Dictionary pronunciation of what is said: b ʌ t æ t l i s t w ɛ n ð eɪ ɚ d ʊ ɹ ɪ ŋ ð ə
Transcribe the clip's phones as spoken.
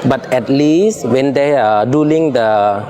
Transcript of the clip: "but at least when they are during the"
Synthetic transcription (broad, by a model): b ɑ t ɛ t l i s t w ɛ n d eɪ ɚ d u l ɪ ŋ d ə